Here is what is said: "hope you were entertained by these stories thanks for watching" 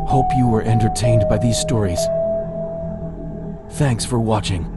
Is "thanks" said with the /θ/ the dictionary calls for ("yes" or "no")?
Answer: yes